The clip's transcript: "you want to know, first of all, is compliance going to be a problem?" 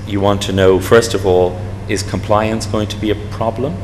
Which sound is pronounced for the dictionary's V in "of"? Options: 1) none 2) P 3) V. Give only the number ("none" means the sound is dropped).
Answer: 3